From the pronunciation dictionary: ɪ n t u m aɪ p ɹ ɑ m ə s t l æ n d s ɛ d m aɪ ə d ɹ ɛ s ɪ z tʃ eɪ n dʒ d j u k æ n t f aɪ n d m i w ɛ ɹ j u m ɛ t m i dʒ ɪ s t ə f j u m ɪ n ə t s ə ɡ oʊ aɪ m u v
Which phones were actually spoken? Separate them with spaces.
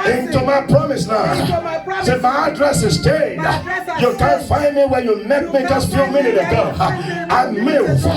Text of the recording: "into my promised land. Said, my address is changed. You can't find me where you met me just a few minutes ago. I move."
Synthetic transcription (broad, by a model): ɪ n t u m aɪ p ɹ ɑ m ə s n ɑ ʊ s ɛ m aɪ ə d ɹ ɛ s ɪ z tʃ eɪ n j u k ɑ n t f aɪ n d m i w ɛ j u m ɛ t m i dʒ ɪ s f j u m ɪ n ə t ə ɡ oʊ aɪ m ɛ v